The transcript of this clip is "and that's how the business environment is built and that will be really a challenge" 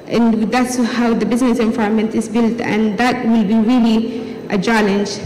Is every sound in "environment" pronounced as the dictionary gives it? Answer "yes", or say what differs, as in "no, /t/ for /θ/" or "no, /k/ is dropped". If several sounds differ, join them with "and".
no, /ɹ/ is dropped